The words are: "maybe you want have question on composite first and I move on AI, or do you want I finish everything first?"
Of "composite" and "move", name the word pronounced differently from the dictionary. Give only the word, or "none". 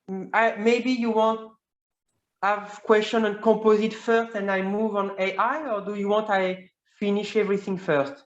composite